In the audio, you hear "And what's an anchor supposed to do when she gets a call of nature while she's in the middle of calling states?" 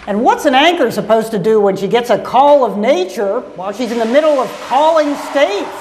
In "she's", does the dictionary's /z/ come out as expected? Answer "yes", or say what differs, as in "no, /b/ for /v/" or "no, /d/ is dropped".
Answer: yes